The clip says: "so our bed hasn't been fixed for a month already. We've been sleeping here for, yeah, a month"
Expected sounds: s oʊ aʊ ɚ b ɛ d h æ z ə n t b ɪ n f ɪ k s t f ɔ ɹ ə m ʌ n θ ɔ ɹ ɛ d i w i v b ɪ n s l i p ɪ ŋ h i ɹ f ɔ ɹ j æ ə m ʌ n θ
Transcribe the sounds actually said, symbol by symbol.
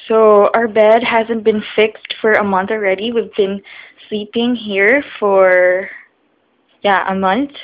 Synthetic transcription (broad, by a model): s oʊ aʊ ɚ b ɛ d h æ z ə n t b ɪ n f ɪ k s t f ɔ ɹ ə m ʌ n θ ɔ ɹ ɛ d i w i v b ɪ n s l i p ɪ ŋ h i ɹ f ɔ ɹ j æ ə m ʌ n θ